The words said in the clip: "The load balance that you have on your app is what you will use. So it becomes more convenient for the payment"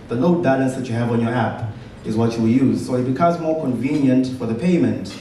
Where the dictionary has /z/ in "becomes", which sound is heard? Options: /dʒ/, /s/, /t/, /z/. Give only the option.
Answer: /z/